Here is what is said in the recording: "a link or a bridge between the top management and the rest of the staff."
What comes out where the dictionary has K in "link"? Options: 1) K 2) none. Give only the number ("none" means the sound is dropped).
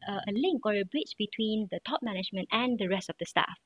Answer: 1